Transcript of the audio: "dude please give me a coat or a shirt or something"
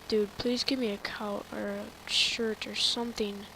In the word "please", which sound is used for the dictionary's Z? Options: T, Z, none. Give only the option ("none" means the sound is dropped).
Z